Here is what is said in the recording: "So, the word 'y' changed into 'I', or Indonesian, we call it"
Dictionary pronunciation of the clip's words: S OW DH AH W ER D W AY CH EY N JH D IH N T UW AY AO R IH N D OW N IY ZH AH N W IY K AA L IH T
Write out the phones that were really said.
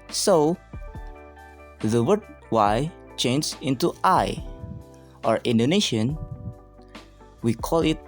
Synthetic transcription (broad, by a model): S OW DH AH W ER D W AY CH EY N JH IH N T UW AY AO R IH N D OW N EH SH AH N W IY K AA L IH T